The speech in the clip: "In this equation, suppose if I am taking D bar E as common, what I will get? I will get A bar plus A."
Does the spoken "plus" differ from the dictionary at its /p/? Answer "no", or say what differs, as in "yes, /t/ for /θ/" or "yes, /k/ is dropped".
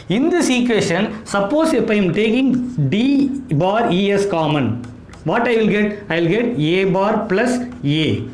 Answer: no